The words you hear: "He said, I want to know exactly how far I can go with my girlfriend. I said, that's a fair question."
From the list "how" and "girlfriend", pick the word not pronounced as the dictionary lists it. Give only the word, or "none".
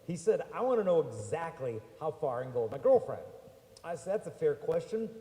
none